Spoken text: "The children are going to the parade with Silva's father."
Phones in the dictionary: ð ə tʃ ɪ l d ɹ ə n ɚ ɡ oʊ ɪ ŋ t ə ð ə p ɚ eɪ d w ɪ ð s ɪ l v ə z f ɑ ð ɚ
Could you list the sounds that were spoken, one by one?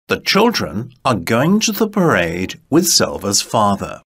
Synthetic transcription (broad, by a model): ð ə tʃ ɪ l d ɹ ə n ɚ ɡ oʊ ɪ ŋ t ə ð ə p ɚ eɪ d w ɪ ð s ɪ l v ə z f ɑ ð ɚ